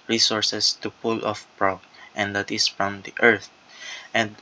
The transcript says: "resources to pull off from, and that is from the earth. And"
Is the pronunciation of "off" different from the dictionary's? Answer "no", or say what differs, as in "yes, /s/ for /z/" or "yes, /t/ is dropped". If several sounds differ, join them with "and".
no